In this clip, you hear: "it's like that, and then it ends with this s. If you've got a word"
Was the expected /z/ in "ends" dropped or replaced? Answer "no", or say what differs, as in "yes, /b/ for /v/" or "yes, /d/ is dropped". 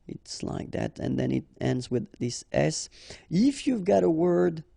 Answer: no